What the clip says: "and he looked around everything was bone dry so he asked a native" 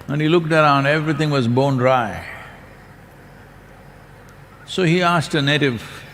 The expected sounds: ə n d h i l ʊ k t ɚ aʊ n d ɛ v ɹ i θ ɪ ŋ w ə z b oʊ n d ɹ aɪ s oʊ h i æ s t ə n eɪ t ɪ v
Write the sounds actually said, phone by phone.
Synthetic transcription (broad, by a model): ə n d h i l ʊ k t ɚ aʊ n d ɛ v ɹ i t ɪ ŋ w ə z b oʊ n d ɹ aɪ s oʊ h i æ s t ə n eɪ t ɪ v